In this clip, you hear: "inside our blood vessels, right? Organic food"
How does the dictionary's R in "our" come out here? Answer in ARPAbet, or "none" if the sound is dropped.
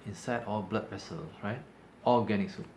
L